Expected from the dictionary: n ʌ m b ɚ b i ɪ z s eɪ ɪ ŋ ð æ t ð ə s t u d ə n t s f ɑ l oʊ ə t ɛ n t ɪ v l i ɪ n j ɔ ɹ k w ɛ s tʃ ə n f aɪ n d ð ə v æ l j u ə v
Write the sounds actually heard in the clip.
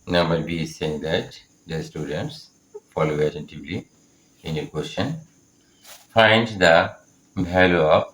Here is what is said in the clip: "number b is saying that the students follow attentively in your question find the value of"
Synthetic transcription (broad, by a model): n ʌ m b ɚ b i s eɪ ɪ ŋ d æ t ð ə s t u d ə n t s f ɑ l oʊ ə t ɛ n t ɪ v l i ɪ n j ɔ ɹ k w ɛ s tʃ ə n f aɪ n d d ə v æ l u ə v